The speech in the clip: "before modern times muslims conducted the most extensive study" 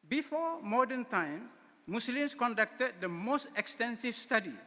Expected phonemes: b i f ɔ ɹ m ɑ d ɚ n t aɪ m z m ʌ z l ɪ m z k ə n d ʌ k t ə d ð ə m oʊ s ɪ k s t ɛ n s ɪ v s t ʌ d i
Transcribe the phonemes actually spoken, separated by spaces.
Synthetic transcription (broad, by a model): b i f ɔ m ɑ d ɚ n t aɪ m m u s l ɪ m s k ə n d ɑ k t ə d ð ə m oʊ s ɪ k s t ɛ n s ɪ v s t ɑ d i